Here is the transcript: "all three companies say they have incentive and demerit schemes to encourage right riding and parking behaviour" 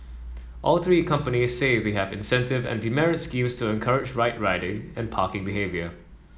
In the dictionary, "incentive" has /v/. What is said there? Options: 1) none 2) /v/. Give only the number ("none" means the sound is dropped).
2